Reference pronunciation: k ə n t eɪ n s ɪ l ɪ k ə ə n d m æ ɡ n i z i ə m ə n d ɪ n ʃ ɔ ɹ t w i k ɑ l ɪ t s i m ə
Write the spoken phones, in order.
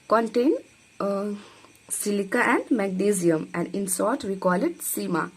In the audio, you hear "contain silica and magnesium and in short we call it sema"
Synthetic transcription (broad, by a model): k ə n t eɪ n s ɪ l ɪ k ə ə n d m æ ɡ n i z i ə m ə n d ɪ n s ɔ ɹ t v i k ɑ l ɪ t s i m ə